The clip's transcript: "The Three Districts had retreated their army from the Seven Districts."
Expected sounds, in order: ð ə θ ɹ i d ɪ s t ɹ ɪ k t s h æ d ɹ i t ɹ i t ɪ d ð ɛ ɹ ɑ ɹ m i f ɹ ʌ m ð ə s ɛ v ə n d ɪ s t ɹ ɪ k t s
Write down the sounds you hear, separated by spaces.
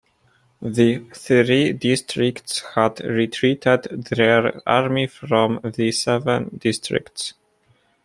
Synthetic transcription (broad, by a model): ð ə θ ɹ i d ɪ s t ɹ ɪ k t s h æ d ɹ i t ɹ i t ɪ d ð ɛ ɹ ɑ ɹ m i f ɹ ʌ m ð ə s ɛ v ə n d ɪ s t ɹ ɪ k t s